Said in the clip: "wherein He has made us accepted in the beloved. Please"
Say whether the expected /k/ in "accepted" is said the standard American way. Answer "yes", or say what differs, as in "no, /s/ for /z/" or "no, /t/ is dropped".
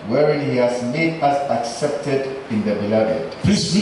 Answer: yes